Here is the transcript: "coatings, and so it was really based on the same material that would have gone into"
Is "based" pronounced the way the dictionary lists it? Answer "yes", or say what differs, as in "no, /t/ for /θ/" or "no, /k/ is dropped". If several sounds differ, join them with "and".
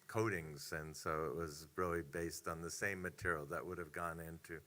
yes